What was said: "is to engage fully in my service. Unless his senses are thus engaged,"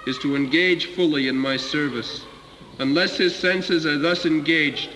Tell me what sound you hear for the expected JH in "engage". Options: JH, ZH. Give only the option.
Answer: ZH